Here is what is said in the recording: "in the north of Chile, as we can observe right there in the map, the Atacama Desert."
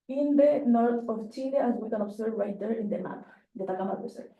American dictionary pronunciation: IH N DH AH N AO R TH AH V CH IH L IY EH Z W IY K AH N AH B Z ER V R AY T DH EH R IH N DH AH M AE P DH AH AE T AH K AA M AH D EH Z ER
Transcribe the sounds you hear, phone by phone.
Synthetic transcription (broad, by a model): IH N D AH N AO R T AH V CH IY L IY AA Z W IY K AH N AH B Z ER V R AY T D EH R IH N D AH M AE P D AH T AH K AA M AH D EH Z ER